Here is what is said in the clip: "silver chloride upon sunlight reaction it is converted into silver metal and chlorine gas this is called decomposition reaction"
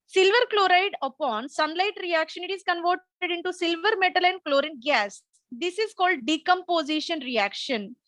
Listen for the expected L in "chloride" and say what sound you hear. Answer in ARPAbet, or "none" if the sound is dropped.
L